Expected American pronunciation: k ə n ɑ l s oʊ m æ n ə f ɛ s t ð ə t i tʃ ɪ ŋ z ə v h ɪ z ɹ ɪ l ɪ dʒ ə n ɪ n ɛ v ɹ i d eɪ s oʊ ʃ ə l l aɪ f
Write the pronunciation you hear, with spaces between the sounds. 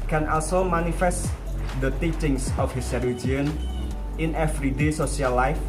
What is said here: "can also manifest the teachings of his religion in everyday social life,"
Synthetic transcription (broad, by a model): k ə n ɑ l s oʊ m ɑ n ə f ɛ s t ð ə t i tʃ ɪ ŋ s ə f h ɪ s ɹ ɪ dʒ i ə n ɪ n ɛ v ɹ i d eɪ s oʊ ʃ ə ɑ l aɪ f